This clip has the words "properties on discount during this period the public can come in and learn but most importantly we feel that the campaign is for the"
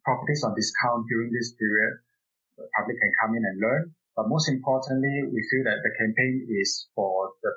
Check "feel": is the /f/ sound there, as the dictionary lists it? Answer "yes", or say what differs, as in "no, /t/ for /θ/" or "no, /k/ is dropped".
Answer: yes